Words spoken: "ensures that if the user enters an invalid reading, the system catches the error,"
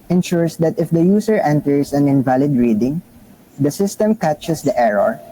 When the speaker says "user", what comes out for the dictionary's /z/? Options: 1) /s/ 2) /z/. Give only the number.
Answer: 1